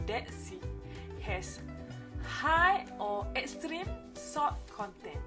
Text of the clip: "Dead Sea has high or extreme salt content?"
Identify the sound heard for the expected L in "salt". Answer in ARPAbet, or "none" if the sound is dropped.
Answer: none